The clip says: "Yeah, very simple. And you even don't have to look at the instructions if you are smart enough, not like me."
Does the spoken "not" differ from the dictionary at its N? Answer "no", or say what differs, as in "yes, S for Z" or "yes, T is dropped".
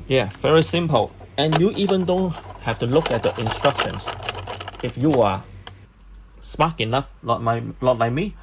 yes, L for N